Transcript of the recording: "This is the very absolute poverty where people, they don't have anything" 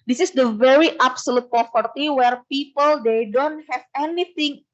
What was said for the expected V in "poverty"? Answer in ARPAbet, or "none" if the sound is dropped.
F